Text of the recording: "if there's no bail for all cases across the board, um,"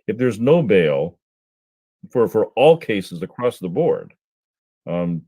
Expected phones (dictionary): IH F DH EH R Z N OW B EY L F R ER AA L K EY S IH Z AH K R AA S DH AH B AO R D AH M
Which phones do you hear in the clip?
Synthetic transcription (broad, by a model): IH F DH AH R Z N OW B EY L F R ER AA L K EY S IH Z AH K R AA S DH AH B AO R D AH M